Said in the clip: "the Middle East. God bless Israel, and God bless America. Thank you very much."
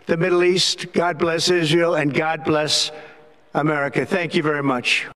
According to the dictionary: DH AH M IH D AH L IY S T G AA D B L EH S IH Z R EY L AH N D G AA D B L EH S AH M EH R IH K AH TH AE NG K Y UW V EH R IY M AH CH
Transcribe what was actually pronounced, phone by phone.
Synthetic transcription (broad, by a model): DH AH M IH D L IY S T G AA D B L EH S IH Z R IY L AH N G AA D B L EH S AH M EH R IH K AH TH AE NG K Y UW V EH R IY M AH CH